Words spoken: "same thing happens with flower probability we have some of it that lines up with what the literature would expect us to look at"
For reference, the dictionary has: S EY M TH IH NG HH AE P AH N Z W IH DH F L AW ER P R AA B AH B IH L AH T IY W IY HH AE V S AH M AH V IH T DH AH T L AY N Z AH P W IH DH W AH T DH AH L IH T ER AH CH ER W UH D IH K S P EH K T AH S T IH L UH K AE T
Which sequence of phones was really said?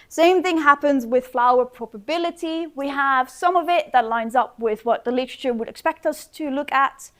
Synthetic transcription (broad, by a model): S EY M TH IH NG HH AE P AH N Z W IH DH F L AW ER P R AA B AH B IH L AH T IY W IY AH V S AH M AH V IH T DH AH T L AY N Z AH P W IH DH W AH T DH AH L IH T ER AH CH ER W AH D IH K S P EH K T AH S T IH L UH K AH T